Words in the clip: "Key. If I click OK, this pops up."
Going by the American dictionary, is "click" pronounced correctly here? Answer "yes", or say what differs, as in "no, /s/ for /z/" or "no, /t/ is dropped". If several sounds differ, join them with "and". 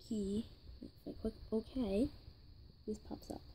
no, /l/ is dropped